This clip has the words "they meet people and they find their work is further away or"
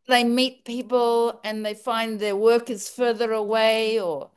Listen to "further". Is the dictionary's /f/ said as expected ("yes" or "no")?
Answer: yes